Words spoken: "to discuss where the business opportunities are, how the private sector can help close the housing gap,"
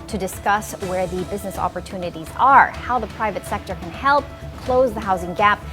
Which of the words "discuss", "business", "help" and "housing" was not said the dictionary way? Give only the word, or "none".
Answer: none